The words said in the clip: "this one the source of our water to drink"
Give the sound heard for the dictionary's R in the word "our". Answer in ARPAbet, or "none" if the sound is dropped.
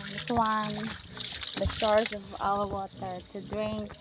L